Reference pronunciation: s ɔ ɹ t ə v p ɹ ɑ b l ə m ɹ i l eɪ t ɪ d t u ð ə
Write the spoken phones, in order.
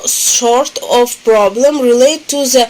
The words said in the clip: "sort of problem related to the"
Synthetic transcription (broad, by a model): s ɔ ɹ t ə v p ɹ ɑ b l ə m ɹ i l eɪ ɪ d t u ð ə